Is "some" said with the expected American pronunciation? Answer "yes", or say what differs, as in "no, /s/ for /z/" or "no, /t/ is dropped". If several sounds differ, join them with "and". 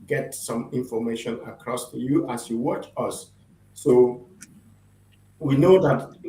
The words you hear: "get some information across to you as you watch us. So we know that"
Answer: yes